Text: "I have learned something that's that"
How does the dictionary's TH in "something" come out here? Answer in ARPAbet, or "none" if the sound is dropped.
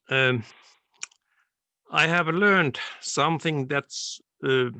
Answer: TH